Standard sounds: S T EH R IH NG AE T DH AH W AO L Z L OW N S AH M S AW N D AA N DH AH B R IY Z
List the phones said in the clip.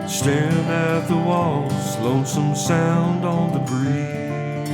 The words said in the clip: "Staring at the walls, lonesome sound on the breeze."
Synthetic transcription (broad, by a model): S T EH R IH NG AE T DH AH W AO L S L OW S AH M S AW N D N DH AH B R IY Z